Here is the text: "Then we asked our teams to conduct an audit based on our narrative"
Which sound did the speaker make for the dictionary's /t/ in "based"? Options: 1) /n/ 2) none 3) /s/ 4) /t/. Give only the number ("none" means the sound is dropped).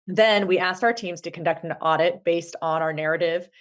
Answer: 4